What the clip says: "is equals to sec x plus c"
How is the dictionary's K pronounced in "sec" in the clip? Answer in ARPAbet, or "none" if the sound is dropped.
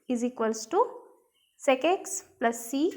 K